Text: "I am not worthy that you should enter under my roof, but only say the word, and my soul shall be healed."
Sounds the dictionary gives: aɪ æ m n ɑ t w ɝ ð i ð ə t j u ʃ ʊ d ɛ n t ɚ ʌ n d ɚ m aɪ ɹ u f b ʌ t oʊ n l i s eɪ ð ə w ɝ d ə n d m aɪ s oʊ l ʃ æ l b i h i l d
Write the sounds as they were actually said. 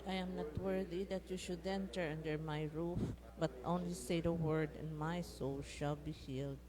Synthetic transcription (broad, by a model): aɪ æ m n ɑ t w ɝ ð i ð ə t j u ʃ ʊ d ɛ n t ɚ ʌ n d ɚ m aɪ ɹ u f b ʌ t oʊ n l i s eɪ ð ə w ɝ d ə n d m aɪ s oʊ l ʃ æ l b i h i l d